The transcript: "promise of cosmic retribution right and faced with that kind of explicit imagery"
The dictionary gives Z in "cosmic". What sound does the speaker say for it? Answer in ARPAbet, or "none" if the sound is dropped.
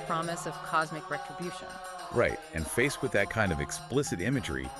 Z